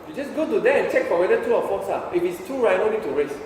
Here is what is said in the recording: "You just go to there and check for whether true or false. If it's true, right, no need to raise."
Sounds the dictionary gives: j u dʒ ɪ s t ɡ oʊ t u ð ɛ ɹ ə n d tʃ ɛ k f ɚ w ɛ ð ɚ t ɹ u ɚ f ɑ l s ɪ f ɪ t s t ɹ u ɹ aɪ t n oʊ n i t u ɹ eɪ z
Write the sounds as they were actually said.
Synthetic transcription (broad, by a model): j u dʒ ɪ s ɡ oʊ t u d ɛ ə n tʃ ɛ k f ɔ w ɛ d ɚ t u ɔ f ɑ s ɪ f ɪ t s t u ɹ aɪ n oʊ n i t u ɹ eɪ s